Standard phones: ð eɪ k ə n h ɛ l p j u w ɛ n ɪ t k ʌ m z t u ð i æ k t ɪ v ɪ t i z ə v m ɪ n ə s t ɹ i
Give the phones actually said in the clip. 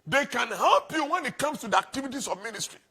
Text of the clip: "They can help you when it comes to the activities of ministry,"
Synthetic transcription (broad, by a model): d eɪ k ə n h ɛ l p j u w ɛ n ɪ t k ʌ m s t u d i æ k t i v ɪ t i s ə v m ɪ n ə s t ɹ i